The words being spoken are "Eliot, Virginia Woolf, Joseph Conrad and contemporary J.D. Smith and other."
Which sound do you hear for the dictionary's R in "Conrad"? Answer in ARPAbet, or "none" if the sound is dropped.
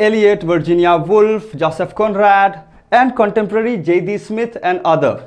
R